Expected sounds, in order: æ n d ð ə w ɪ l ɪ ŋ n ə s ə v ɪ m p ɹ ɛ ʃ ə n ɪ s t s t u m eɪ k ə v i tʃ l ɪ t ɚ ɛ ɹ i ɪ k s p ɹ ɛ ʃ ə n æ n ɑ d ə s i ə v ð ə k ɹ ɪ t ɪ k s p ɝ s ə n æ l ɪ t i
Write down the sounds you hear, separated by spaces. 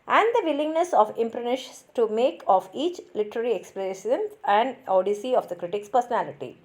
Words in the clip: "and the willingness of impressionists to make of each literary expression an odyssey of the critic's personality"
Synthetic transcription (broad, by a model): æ n d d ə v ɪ l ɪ ŋ n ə s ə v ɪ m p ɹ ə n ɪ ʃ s t u m eɪ k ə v i tʃ l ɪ t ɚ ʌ ɹ i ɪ k s p l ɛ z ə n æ n ɑ d ə s i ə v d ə k ɹ ɪ t ɪ k s p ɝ s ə n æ l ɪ t i